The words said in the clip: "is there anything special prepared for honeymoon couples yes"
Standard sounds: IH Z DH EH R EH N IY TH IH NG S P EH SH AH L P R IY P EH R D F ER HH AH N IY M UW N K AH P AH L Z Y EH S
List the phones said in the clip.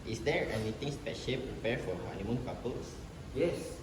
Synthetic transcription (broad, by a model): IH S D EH R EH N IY T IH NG S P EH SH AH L P R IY P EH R F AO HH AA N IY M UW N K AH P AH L S Y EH S